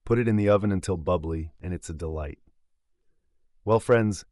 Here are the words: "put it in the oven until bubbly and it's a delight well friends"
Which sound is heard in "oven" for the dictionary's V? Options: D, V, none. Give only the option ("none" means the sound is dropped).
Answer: V